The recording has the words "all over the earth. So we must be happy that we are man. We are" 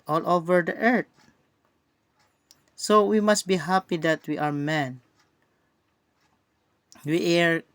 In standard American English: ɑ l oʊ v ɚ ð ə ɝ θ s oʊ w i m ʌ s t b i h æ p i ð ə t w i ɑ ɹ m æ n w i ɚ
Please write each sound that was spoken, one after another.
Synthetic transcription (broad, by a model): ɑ l oʊ v ɚ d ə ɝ t s oʊ w i m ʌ s t b i h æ p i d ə t w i ɑ ɹ m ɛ n w i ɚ